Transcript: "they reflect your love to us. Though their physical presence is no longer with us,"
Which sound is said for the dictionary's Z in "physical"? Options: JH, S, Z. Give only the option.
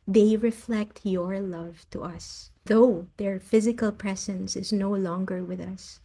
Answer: Z